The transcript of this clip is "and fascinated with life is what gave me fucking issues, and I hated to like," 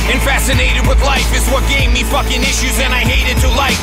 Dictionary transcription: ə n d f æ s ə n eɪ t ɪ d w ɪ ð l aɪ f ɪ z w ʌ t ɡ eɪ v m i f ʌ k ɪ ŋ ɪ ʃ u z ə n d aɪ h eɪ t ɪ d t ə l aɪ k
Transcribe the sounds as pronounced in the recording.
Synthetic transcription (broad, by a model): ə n f æ s ə n eɪ t ɪ d w ɪ ð l aɪ f ɪ z w ʌ t ɡ eɪ v m i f ʌ k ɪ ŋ ɪ ʃ u z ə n aɪ h eɪ t ɪ d t ə l aɪ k